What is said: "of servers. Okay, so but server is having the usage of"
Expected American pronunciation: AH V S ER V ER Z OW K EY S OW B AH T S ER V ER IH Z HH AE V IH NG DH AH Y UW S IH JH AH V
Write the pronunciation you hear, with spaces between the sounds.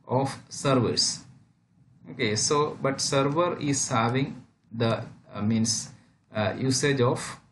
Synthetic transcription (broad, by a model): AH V S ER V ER S OW K EY S OW B AH T S ER V ER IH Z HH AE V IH NG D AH Y UW S IH JH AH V